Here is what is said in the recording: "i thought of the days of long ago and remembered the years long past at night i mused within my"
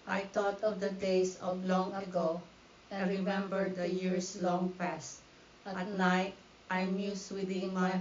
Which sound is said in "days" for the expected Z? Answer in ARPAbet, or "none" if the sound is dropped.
S